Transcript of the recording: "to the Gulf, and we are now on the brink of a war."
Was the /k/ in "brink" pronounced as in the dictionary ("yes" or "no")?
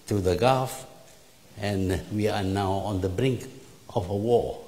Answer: yes